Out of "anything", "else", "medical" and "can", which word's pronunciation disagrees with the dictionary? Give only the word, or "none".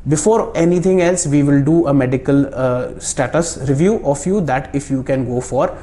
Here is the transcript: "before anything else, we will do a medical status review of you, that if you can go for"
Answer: anything